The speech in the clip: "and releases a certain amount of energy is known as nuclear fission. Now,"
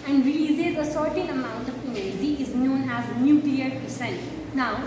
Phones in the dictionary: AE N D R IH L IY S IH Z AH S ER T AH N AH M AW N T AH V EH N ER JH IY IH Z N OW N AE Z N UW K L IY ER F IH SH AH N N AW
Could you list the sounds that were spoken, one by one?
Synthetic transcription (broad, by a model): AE N D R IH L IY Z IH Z AH S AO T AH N AH M AW N T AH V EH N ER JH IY IH Z N OW N AE Z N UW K L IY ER P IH S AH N N AW